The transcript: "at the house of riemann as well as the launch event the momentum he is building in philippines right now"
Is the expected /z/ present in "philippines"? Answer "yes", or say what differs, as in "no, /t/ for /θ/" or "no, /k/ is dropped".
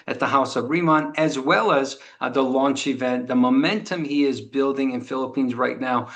yes